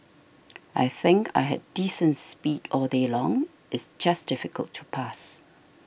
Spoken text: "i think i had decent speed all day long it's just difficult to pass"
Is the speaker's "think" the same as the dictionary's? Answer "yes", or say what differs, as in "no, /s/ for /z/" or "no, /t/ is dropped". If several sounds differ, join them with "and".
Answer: yes